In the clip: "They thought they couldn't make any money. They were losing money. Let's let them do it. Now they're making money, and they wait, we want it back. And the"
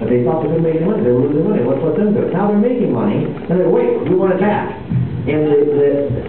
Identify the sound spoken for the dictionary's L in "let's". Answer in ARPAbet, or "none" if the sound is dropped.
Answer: W